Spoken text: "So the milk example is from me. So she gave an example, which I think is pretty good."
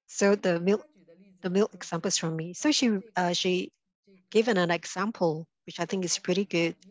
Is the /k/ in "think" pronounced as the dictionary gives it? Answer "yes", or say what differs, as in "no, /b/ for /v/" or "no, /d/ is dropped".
yes